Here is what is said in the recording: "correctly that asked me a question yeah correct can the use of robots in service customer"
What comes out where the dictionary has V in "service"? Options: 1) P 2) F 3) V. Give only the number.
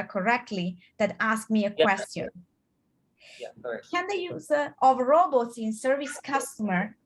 3